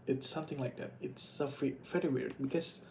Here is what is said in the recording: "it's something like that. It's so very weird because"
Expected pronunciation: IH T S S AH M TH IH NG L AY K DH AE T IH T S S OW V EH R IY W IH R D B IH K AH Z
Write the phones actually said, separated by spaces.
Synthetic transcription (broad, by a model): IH T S S AH M TH IH NG L AY K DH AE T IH T S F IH F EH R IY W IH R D B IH K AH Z